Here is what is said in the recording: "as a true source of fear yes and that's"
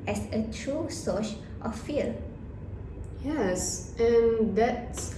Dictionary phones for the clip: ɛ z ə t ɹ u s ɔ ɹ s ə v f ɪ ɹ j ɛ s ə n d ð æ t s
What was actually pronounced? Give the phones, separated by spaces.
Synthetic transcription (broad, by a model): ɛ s ə t ɹ u s ɔ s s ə f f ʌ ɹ j ɛ s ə n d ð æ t s